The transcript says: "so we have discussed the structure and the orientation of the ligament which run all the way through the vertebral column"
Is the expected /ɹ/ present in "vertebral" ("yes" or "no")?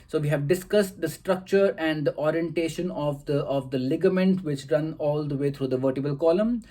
no